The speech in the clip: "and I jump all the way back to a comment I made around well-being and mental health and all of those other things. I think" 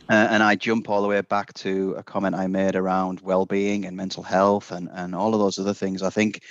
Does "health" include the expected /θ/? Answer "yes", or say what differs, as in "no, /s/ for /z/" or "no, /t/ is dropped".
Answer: yes